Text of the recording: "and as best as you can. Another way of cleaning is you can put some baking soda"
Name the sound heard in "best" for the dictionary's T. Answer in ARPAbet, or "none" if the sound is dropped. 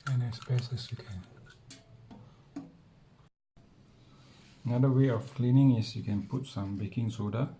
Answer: none